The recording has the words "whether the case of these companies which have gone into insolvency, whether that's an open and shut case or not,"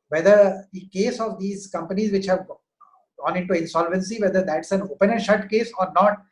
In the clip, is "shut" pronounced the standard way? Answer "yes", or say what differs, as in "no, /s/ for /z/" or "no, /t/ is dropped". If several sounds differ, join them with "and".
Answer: yes